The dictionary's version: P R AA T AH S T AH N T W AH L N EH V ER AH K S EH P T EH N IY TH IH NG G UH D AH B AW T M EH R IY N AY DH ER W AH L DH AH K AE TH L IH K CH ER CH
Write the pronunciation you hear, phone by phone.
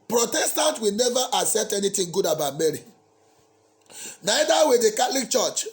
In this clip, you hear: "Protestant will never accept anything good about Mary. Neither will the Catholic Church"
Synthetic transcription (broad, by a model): P R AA T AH S T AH N T W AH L N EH V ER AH S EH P T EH N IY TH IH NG G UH D AH B AW T M EH R IY N AY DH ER W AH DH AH K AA T L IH K CH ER CH